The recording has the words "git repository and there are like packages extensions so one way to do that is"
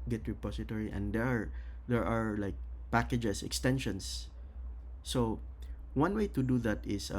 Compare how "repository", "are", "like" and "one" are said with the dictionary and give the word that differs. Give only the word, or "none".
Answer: repository